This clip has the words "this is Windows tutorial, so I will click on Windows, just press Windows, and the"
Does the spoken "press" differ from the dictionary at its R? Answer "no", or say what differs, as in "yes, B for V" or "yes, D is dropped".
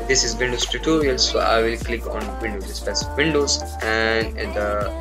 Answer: yes, R is dropped